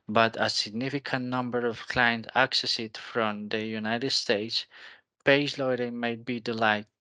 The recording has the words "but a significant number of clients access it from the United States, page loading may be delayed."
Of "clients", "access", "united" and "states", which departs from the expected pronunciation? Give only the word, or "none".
clients